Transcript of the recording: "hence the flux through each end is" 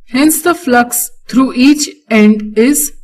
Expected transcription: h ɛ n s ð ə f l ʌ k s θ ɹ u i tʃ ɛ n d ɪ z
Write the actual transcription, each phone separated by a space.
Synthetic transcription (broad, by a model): h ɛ n s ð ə f l ʌ k s t ɹ u i tʃ ɛ n d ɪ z